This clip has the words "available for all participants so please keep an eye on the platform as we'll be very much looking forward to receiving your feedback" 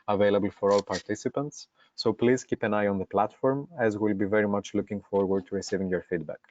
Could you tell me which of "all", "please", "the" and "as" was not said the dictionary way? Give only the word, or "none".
none